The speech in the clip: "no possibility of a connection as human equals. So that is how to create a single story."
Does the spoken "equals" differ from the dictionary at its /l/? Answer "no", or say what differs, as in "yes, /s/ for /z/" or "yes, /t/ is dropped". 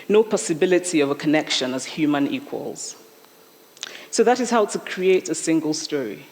no